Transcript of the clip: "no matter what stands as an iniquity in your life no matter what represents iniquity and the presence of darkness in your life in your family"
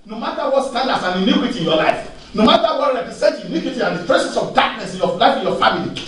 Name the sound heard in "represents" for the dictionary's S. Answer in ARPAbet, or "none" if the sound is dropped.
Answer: none